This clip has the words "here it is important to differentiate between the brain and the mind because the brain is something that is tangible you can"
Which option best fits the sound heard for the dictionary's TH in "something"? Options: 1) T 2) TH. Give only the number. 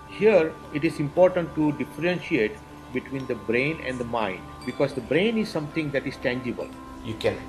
1